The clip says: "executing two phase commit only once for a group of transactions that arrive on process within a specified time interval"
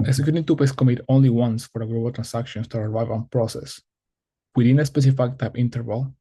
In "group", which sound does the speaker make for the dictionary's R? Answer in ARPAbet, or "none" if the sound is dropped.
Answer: L